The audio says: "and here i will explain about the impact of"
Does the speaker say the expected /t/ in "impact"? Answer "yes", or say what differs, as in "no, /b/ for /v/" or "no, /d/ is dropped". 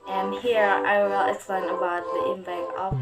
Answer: no, /t/ is dropped